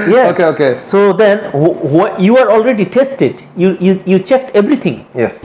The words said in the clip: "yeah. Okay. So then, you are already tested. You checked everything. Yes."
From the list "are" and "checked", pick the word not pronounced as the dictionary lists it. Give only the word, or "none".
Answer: none